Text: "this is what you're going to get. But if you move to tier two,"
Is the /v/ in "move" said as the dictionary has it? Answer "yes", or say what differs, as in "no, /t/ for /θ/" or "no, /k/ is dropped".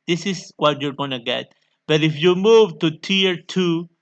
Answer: yes